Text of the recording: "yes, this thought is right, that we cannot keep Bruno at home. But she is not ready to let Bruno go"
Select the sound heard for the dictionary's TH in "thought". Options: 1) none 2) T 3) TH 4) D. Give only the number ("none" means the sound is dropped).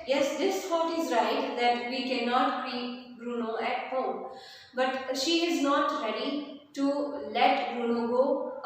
2